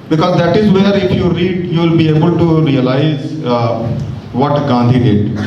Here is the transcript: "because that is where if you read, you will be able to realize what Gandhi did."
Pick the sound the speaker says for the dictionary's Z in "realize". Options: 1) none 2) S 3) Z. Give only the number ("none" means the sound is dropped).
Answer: 3